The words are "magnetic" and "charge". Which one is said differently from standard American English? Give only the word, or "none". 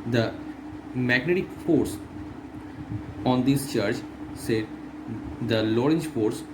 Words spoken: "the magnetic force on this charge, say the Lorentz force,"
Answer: charge